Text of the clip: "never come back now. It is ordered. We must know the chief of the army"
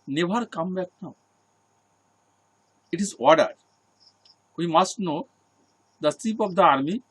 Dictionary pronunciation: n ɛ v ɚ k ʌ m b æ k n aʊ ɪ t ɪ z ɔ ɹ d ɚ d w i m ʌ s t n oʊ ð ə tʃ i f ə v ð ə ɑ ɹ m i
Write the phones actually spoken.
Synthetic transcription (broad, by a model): n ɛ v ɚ k ʌ m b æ k n aʊ ɪ t ɪ z ɔ ɹ d ɚ d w i m ʌ s t n oʊ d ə s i p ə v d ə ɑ ɹ m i